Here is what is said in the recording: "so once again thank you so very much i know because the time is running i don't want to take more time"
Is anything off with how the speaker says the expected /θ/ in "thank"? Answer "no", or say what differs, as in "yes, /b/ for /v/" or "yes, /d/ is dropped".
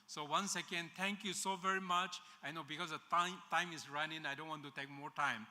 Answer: yes, /t/ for /θ/